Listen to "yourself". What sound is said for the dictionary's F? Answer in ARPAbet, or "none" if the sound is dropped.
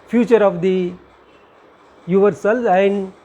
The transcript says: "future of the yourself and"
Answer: none